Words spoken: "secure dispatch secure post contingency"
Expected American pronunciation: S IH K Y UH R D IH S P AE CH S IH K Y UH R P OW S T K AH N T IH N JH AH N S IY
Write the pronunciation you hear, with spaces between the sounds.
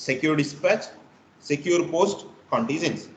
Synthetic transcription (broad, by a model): S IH K Y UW R D IH S P AE CH S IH K Y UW R P OW S T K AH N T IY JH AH N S